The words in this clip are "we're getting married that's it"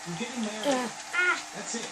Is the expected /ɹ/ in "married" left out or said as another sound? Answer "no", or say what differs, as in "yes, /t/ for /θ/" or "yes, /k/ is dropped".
yes, /ɹ/ is dropped